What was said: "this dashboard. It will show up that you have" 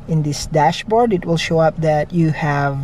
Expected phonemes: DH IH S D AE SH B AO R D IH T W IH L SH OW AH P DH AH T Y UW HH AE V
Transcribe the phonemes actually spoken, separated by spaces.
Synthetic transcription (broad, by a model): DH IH S D AE SH B AO R D IH T W IH L SH OW AH P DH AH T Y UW HH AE V